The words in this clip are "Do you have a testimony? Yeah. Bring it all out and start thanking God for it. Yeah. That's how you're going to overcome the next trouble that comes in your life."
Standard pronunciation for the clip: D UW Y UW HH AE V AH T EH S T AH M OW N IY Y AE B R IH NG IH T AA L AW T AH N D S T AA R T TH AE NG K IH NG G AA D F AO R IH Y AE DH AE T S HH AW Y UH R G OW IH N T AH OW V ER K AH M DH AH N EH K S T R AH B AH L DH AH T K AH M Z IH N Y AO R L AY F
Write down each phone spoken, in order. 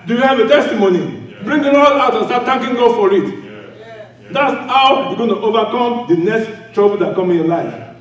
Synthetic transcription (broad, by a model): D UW Y UW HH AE V AH T EH S T AH M OW N IY B R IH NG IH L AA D AW T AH N S T AA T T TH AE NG K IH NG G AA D F AO R IH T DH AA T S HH AW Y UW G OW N T OW V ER K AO M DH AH N EH K S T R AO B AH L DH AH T K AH M IH N Y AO L AY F